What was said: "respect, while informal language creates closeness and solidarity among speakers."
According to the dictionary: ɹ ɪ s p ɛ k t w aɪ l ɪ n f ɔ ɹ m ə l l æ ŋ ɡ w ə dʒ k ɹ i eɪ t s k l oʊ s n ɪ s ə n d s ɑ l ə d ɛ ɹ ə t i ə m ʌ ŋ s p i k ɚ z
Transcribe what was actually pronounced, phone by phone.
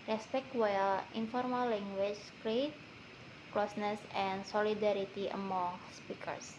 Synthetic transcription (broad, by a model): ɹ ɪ s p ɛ k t w aɪ l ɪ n f ɔ ɹ m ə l l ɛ ŋ ɡ w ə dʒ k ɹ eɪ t k l oʊ s n ɪ s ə n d s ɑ l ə d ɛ ɹ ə t i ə m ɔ ŋ s p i k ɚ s